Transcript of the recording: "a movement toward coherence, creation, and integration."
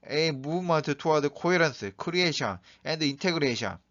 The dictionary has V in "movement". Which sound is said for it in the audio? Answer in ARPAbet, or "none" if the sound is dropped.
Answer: none